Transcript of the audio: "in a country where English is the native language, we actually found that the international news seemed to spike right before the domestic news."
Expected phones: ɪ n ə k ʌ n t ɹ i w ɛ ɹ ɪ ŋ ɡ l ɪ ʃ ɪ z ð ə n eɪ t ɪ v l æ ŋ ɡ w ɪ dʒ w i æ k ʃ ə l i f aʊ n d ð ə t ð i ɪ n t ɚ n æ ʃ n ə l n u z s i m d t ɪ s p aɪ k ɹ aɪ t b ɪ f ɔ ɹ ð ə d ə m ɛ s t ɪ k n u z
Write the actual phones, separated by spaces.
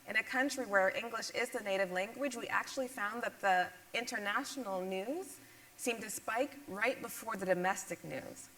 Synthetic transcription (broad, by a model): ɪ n ə k ʌ n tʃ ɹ i w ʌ ɹ ɪ ŋ ɡ l ɪ ʃ ɪ z ð ə n eɪ t ɪ v l æ ŋ ɡ w ɪ dʒ w i æ k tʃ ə l i f aʊ n ð ə t ð i ɪ n t ɚ n æ ʃ n l n u z s i m t ɪ s p aɪ k ɹ aɪ t b ɪ f ɔ ɹ ð ə d ə m ɛ s t ɪ k n u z